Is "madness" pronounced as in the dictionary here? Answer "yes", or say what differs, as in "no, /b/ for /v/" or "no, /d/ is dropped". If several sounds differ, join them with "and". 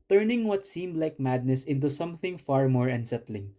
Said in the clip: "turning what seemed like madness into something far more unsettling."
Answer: yes